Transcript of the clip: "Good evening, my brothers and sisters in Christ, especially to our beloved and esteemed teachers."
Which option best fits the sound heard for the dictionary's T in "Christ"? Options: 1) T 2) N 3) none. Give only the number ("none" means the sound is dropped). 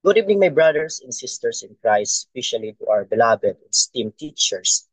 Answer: 3